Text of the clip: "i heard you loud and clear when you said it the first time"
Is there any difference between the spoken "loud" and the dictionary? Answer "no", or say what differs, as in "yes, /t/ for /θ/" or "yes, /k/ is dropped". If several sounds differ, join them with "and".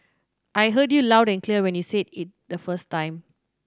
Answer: no